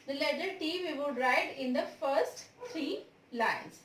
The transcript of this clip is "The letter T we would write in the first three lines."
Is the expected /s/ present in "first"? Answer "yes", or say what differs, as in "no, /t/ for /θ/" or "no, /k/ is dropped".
yes